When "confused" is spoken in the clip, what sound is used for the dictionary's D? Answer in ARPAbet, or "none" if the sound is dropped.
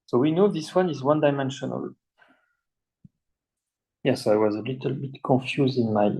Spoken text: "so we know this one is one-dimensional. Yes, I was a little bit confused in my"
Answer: D